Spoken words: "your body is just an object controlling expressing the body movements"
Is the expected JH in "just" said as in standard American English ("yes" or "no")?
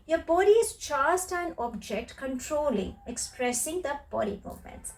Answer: no